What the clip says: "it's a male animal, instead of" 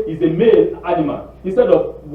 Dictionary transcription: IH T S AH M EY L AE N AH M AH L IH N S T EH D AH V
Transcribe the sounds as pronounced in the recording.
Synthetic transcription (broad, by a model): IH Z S AH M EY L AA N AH M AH N IH N S T EH D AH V